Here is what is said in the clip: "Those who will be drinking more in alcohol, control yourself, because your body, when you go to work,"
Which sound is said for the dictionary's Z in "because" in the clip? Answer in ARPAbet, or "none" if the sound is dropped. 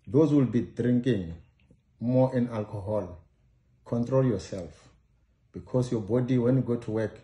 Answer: S